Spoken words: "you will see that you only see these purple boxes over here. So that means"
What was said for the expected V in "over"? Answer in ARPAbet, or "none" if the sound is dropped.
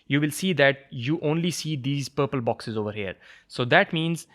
V